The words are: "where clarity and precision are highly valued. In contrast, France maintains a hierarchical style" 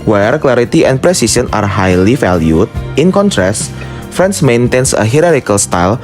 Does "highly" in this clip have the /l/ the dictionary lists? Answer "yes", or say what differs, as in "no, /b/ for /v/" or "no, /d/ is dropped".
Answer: yes